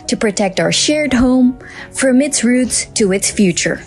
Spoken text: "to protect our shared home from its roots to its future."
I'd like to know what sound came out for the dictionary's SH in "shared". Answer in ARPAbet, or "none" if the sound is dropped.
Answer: SH